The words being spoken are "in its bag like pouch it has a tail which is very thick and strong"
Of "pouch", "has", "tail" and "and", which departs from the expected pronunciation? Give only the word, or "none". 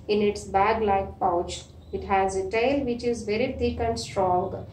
none